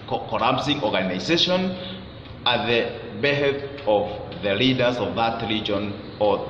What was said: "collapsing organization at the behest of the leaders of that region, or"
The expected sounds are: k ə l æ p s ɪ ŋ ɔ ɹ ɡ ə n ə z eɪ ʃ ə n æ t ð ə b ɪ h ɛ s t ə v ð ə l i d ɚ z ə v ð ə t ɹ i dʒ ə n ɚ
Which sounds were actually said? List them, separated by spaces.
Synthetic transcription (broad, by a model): k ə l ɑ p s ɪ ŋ ɔ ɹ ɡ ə n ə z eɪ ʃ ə n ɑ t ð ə b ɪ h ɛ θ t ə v ð ə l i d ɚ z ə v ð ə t l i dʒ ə n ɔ